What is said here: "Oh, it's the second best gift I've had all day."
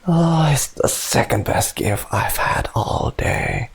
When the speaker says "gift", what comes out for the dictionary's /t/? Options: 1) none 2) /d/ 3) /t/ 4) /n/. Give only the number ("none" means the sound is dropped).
1